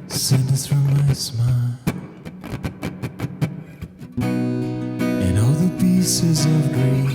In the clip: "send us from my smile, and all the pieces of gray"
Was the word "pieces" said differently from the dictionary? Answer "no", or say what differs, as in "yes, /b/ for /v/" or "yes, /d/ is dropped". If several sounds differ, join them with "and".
no